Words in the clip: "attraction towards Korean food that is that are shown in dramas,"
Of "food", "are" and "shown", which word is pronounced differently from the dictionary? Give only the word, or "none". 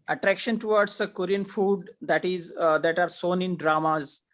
shown